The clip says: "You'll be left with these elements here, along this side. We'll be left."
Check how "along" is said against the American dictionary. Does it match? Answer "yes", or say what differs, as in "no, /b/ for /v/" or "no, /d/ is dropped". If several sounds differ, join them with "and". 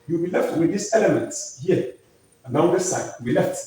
no, /n/ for /l/